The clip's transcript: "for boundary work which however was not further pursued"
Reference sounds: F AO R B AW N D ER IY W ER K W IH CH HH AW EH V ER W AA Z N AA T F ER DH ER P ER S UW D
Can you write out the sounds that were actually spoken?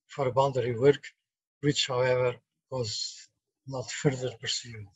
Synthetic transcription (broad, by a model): F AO R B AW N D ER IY W ER K W IH CH HH AW EH V ER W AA Z N AA T F ER DH ER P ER S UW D